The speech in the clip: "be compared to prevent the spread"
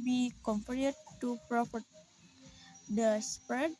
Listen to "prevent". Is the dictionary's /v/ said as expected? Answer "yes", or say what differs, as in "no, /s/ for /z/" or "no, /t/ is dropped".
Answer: no, /p/ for /v/